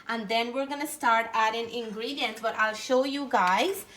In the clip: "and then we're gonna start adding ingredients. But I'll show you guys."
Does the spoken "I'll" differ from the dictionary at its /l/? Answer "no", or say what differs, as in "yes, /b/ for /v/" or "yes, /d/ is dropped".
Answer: no